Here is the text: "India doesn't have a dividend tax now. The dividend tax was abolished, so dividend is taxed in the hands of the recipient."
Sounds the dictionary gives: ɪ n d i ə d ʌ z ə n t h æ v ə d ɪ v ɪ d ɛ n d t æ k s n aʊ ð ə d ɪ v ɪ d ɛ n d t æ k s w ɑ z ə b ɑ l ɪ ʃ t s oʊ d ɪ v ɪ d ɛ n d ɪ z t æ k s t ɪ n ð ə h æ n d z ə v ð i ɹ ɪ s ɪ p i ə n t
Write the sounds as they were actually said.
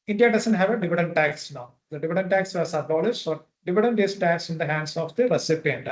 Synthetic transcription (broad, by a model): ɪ n d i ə d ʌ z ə n t h æ v ə d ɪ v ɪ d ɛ n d t æ k s n aʊ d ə d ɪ v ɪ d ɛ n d t æ k s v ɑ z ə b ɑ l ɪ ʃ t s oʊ d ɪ v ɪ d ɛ n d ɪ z t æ k s ɪ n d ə h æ n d s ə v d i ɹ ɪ s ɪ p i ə n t